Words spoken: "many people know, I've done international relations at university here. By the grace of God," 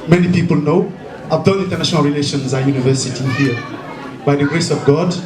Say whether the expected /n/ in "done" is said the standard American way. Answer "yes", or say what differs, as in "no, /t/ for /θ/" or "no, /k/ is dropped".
no, /l/ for /n/